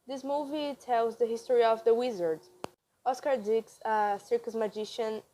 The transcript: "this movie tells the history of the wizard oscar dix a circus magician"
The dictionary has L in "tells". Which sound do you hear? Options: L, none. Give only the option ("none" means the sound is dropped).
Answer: L